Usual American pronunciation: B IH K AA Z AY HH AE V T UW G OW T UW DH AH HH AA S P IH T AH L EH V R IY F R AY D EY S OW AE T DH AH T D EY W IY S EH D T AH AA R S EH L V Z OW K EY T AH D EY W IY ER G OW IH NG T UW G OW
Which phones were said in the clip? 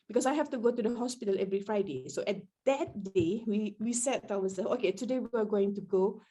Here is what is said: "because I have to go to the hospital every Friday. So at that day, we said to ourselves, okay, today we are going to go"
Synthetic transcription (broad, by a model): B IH K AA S AY HH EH F T UW G OW T UW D AH HH AA S P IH T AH L EH V R IY F R AY D EY S OW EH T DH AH T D EY W IY S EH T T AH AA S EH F OW K EY T AH D EY W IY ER G OW IH NG T UW G OW